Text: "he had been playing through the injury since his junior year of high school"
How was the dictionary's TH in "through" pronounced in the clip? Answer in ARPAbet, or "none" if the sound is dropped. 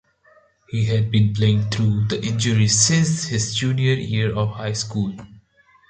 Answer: T